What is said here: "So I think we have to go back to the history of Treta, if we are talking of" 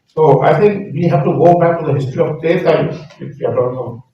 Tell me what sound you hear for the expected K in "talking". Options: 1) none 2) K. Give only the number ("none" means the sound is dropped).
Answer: 1